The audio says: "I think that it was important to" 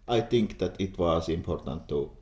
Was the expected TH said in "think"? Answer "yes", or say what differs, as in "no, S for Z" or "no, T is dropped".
no, T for TH